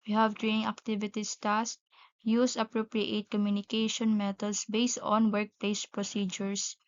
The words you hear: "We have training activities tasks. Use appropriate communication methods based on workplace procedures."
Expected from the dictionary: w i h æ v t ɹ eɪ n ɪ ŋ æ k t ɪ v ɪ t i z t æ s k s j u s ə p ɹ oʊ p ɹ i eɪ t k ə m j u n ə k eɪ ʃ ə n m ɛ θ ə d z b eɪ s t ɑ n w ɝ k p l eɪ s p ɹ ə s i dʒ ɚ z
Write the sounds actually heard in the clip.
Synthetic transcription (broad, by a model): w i h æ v t ɹ eɪ n ɪ ŋ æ k t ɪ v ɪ t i s t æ s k j u s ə p ɹ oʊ p ɹ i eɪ t k ə m j u n ə k eɪ ʃ ə n m ɛ t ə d s b eɪ s t ɑ n w ɝ k p l eɪ s p ɹ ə s i dʒ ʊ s